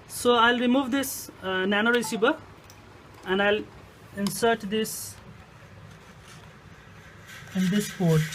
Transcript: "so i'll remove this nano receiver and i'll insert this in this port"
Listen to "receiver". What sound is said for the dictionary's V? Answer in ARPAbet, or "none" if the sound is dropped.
B